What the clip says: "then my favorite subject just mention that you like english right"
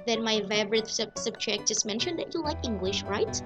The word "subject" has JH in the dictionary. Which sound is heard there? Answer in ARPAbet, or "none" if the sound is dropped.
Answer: CH